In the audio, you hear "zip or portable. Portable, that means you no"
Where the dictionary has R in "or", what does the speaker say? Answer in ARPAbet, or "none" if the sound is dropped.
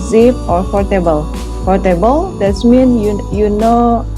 R